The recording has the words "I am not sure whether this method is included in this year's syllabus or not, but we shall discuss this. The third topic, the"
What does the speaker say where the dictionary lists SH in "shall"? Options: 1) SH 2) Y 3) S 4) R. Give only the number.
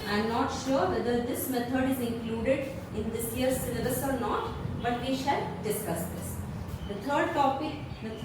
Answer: 1